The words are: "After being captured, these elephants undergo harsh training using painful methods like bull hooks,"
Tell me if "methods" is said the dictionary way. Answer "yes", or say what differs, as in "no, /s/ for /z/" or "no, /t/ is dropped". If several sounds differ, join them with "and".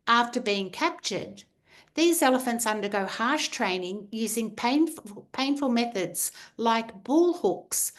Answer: yes